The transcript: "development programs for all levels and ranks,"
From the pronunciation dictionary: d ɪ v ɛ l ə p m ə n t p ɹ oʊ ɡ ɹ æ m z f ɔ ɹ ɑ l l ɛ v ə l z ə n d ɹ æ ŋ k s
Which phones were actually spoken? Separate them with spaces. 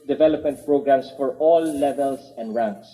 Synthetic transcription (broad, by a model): d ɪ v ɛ l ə p m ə n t p ɹ oʊ ɡ ɹ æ m s f ɔ ɹ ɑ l l ɛ v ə l s ə n d ɹ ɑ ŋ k s